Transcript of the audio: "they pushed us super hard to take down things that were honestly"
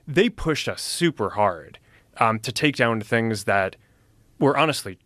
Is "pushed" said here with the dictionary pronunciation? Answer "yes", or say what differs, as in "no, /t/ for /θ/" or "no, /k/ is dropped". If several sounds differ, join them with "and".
yes